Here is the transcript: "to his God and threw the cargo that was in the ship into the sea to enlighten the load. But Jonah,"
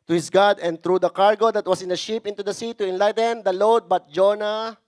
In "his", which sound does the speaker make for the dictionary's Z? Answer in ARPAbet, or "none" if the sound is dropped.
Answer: S